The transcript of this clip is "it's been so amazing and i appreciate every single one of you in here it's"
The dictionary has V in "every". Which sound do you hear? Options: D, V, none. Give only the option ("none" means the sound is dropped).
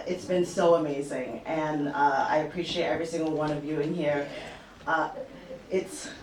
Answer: V